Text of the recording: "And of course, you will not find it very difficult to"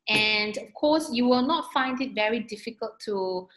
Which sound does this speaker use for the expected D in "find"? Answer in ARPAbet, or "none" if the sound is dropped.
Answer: D